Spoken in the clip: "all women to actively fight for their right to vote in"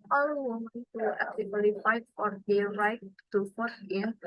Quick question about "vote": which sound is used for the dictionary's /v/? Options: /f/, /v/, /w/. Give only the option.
/f/